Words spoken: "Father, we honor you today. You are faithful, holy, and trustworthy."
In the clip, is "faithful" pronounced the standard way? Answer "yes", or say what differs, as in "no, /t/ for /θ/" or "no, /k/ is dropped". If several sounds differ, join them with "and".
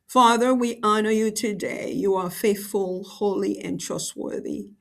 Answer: yes